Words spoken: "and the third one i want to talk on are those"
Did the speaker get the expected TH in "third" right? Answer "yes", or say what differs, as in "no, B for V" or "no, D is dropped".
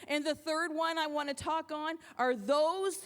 yes